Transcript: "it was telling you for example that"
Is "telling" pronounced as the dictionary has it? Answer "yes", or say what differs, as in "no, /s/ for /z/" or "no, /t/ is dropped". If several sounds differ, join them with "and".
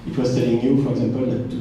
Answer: no, /s/ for /t/